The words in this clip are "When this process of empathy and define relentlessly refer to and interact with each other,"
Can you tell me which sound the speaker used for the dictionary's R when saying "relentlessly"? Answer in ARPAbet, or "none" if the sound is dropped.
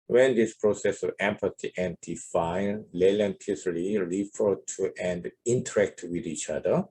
L